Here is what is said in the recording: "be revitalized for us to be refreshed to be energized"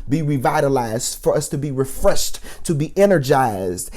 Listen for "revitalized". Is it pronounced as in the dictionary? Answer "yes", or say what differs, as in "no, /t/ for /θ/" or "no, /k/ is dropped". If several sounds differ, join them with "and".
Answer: yes